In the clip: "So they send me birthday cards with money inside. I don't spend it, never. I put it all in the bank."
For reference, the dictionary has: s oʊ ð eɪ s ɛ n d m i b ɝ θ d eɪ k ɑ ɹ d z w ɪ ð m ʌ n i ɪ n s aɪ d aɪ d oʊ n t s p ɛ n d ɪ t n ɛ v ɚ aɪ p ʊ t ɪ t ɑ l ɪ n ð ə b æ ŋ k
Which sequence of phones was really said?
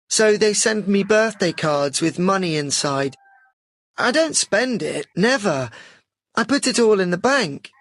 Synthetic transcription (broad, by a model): s oʊ ð eɪ s ɛ n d m i b ɝ θ d eɪ k ɑ ɹ d z w ɪ ð m ʌ n i ɪ n s aɪ d aɪ d oʊ n t s p ɛ n d ɪ t n ɛ v ɚ aɪ p ʊ t ɪ t ɑ l ɪ n ð ə b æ ŋ k